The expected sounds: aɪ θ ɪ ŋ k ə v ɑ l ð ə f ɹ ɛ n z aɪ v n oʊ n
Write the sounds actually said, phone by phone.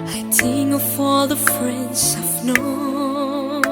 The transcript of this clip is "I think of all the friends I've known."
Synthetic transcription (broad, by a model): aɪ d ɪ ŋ ə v ɑ l ð ə f ɹ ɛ n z aɪ v n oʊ